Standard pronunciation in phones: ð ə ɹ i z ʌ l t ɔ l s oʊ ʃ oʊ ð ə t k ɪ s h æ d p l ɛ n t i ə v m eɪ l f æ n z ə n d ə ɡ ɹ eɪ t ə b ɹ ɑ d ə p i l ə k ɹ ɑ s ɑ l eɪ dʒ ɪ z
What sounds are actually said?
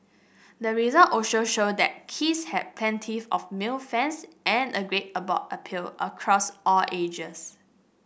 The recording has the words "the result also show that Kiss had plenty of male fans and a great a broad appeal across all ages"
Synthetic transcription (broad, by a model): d ə ɹ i z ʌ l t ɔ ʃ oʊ ʃ oʊ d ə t k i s h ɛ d p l ɛ n t i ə f m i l f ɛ n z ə n ə ɡ ɹ eɪ t ə b ɑ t ə p i l ə k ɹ ɑ s ɑ l eɪ dʒ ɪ s